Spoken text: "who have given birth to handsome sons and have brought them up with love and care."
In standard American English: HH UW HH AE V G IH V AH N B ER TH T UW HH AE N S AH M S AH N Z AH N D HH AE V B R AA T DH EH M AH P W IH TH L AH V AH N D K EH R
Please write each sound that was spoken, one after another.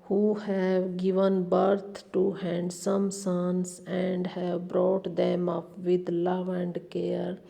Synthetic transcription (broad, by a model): HH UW HH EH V G IH V AH N B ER T T UW HH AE N S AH M S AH N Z AH N D HH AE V B R AA T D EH M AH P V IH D L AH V AH N D K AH R